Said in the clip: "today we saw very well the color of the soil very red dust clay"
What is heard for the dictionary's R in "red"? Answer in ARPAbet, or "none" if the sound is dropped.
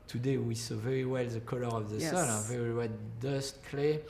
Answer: W